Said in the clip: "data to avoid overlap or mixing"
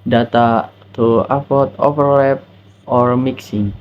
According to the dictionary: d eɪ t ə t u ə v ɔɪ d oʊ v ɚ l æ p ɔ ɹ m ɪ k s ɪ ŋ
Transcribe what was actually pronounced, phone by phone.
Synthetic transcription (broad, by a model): d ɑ t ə t u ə p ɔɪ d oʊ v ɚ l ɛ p ɔ ɹ m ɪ k s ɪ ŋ